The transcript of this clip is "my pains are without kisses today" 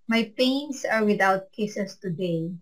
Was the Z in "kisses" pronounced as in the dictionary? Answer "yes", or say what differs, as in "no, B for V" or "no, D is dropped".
no, S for Z